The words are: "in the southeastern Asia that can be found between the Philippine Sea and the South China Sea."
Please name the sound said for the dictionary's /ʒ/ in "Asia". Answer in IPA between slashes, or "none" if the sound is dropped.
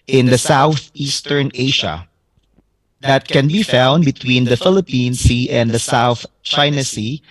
/ʃ/